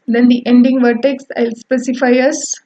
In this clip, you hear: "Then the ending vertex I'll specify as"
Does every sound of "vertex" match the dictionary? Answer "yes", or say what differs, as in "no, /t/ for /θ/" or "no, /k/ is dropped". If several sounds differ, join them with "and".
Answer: yes